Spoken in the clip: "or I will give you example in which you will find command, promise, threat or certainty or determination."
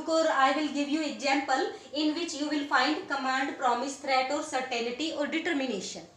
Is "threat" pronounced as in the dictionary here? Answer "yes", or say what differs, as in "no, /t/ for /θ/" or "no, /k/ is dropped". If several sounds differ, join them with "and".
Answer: no, /t/ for /θ/